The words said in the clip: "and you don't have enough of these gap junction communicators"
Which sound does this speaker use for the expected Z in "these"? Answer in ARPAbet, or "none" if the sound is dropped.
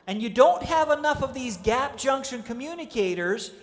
Z